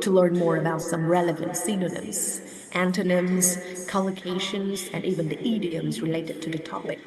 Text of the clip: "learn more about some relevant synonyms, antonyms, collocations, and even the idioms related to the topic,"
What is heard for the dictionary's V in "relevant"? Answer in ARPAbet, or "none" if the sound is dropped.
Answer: V